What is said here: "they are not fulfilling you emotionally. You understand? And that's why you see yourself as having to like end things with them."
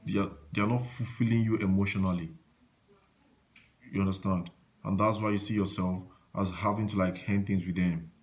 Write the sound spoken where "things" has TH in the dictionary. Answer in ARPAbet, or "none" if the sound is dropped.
TH